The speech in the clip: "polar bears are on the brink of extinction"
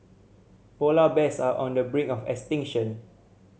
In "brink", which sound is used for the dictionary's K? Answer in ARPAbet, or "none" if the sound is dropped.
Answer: none